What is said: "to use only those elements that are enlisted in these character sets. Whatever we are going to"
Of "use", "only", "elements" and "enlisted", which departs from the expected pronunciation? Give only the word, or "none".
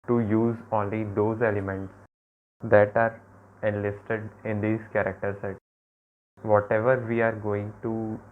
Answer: none